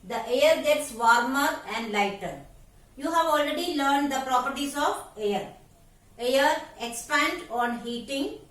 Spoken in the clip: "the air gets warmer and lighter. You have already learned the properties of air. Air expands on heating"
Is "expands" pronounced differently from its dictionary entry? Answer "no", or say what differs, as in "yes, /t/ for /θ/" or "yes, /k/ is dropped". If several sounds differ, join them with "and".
yes, /z/ is dropped